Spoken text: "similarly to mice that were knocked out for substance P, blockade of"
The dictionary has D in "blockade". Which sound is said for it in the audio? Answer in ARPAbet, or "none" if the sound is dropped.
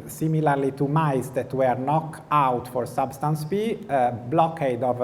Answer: D